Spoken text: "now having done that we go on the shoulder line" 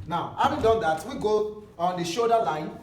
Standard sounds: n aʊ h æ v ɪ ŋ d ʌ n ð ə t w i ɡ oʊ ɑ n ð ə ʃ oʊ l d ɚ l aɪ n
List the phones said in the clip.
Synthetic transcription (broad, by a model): n aʊ h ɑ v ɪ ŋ d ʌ n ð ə t w i ɡ oʊ ɑ n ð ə ʃ oʊ d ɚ l aɪ n